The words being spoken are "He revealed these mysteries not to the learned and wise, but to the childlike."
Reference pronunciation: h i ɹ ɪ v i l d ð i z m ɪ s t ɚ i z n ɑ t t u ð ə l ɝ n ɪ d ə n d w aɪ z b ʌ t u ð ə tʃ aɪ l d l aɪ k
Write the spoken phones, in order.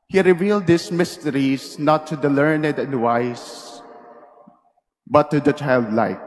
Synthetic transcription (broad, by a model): h i ɹ ɪ v i l d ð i s m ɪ s t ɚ i s n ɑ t t u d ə l ɝ n ɪ d ə n d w aɪ s b ʌ t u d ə tʃ aɪ l d l aɪ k